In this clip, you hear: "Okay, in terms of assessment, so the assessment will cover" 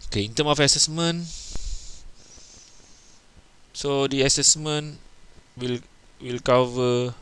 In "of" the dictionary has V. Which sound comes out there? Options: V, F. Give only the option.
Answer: F